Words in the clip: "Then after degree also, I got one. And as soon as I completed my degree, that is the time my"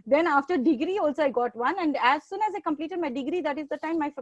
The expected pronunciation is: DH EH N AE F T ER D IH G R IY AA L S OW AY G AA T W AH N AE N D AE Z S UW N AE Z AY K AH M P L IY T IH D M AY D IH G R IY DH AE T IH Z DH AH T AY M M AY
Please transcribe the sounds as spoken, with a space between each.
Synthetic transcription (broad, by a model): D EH N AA F T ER D IH G R IY AA L S OW AY G AA T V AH N AE N D AE Z S UW N AE Z AY K AH M P L IY T IH D M AY D IH G R IY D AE T IH Z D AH T AY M M AY